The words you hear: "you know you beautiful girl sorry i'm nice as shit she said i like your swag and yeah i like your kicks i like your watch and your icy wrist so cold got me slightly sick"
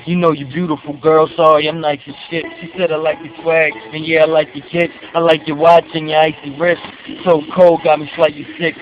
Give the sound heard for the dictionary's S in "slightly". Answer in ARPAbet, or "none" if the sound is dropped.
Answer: SH